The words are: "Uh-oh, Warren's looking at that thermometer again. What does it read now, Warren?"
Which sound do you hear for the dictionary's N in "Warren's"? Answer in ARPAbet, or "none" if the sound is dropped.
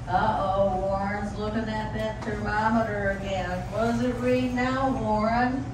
N